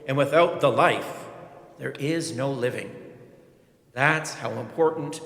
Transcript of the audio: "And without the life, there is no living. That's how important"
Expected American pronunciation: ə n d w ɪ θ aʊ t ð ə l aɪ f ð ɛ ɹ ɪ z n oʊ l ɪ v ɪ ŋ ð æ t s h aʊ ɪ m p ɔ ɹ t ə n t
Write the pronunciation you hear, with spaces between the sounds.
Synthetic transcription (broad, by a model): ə n w ɪ θ aʊ t ð ə l aɪ f ð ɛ ɹ ɪ z n oʊ l ɪ v ɪ ŋ ð æ t s h aʊ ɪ m p ɔ ɹ t n t